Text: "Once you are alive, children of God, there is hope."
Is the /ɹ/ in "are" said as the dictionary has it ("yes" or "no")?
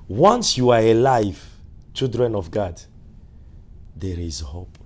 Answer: yes